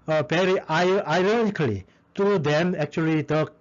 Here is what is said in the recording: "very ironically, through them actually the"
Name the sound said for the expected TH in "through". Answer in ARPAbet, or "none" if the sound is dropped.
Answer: T